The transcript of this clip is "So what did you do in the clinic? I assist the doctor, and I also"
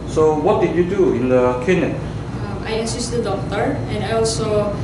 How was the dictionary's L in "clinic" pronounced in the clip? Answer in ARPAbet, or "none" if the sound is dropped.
none